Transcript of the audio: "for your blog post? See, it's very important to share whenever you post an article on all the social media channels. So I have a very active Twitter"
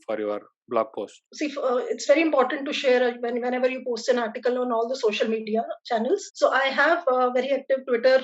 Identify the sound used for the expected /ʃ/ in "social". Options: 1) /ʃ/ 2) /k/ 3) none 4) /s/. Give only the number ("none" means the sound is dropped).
1